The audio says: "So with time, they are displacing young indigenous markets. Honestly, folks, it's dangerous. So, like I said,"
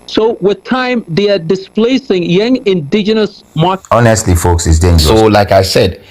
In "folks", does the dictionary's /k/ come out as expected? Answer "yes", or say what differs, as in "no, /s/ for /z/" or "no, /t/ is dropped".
yes